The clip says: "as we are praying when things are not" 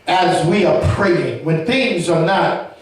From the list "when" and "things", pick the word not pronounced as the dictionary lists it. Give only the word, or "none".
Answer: none